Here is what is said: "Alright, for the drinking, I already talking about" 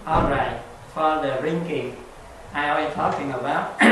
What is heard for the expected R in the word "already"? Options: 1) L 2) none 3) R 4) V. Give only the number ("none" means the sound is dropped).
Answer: 2